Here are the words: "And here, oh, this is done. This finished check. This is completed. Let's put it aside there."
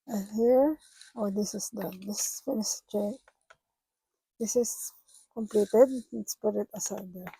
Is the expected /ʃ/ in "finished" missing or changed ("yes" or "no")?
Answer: yes